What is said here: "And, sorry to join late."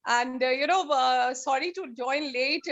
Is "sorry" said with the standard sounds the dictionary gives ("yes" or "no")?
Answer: yes